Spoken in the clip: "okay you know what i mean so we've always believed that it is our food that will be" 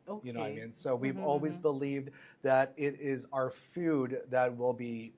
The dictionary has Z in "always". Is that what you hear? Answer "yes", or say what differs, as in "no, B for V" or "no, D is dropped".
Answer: yes